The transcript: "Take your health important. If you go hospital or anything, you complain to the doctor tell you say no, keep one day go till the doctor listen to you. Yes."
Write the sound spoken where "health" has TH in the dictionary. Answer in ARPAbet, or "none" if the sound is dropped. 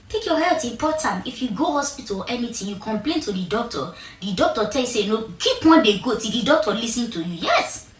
T